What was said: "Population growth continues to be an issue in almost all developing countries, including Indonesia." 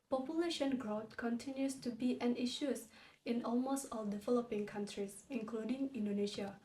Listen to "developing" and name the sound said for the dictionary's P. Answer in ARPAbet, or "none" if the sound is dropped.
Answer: P